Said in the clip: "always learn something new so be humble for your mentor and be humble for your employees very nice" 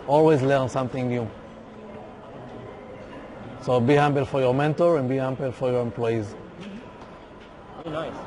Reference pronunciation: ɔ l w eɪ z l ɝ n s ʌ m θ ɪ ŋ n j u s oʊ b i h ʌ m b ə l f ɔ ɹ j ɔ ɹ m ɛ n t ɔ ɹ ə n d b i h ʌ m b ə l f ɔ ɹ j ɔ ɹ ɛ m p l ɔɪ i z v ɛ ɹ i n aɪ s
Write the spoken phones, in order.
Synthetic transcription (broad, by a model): ɔ l w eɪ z l ɝ n s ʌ m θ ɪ ŋ n j u s oʊ b i h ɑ m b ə l f ɔ ɹ j ɔ ɹ m ɛ n t ɔ ɹ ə n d b i h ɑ m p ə l f ɔ ɹ j ɔ ɹ ɛ m p l ɔɪ i z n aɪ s